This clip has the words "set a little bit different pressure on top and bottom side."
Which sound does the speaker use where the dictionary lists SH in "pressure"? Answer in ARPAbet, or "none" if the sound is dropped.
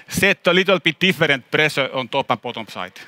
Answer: S